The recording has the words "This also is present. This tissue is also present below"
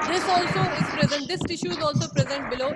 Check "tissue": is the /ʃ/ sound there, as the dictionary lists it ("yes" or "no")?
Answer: yes